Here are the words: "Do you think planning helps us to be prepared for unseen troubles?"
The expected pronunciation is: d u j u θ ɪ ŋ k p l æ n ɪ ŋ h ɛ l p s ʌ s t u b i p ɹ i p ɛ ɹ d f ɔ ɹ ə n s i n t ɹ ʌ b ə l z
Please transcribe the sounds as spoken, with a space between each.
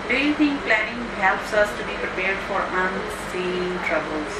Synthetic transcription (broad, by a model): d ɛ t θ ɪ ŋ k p l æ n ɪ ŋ h ɛ l p s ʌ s t u b i p ɹ i p ɛ ɹ d f ɔ ɹ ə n s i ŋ t ɹ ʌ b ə l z